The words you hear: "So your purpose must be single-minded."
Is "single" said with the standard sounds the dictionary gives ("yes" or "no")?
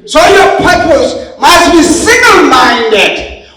no